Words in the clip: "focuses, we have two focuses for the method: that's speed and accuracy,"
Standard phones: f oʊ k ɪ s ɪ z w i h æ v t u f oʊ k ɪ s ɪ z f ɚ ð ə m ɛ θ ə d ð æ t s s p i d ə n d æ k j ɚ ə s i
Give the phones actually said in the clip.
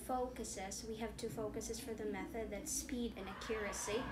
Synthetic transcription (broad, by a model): f oʊ k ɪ s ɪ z w i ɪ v t u f oʊ k ɪ s ɪ z f ɚ ð ə m ɛ θ ə d ð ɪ t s s p i d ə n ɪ k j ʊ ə s i